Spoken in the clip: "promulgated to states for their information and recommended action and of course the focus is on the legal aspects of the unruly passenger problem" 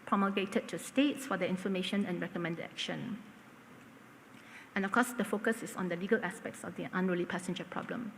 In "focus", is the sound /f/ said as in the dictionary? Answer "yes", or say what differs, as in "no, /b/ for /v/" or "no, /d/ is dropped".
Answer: yes